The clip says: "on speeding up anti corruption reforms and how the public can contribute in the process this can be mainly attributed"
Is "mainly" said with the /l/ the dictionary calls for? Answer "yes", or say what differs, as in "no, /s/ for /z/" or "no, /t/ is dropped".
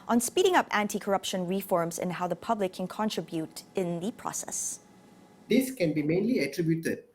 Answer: yes